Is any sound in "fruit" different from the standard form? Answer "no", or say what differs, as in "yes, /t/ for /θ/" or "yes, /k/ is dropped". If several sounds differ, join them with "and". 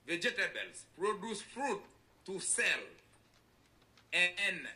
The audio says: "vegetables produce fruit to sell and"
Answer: no